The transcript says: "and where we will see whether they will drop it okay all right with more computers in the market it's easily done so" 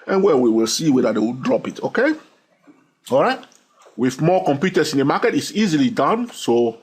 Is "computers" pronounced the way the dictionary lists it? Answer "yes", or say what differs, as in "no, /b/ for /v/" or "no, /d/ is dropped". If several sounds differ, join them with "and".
no, /s/ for /z/